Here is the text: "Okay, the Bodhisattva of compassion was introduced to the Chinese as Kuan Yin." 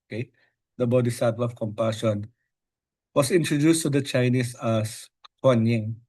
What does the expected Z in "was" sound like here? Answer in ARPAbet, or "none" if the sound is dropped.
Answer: S